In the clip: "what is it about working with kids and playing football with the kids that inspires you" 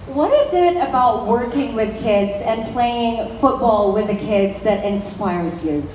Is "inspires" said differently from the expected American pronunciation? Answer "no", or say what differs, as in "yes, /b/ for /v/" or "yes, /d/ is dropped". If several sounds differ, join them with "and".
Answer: no